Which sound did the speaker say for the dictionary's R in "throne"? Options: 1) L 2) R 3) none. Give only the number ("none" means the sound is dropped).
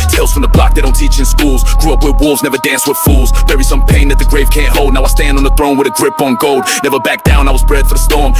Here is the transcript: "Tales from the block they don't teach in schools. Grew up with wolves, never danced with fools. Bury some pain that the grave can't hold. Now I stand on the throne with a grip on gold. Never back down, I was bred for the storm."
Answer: 2